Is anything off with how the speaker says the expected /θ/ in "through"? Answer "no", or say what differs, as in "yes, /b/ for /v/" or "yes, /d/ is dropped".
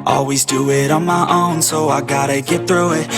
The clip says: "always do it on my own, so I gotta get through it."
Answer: no